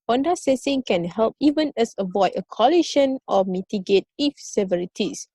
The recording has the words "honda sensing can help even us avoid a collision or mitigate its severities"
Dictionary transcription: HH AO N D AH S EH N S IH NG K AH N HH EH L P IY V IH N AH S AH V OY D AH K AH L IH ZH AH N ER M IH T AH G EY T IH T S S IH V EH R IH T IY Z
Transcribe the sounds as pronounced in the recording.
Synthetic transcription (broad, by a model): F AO N D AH S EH S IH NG K AH N HH EH L P IY V IH N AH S AH V OY D AH K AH L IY SH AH N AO M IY T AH G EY T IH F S S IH V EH R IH T IY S